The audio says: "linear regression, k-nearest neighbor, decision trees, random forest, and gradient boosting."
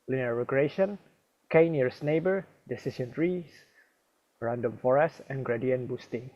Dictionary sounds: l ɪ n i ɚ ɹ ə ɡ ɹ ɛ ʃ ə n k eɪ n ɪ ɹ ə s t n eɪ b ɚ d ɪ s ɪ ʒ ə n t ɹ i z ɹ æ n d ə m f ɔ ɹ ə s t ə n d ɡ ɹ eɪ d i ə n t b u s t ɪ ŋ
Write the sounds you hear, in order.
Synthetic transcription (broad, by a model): l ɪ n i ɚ ɹ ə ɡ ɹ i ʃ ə n k eɪ n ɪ ɹ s n eɪ b ɚ d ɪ s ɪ ʃ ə n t ɹ i s ɹ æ n d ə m f ɔ ɹ ə s t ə n ɡ ɹ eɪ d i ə n b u s t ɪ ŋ